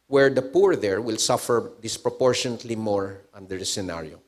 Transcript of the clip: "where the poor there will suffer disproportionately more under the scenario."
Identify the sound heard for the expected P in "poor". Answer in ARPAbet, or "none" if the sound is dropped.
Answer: P